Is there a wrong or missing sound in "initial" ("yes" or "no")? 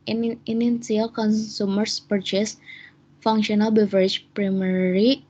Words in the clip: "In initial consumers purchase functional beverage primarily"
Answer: yes